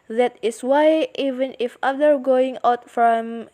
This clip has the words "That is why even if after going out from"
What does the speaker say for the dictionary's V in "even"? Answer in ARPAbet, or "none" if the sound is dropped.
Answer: V